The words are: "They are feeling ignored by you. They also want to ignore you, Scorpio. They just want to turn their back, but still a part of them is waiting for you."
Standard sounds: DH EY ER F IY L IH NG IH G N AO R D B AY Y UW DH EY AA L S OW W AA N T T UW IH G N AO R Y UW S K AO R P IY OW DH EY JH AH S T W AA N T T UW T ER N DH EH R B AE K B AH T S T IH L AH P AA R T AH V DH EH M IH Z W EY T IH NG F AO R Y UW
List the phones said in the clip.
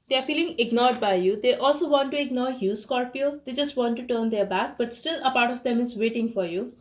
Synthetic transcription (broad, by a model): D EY ER F IY L IH NG IH G N AO R D B AY Y UW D EY AA L S OW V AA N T T UW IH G N AO R Y UW S K AO R P IY OW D EY JH AH S T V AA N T T UW T ER N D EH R B AE K B AH T S T IH L AH P AA R T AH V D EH M IH Z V EY T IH NG F AO R Y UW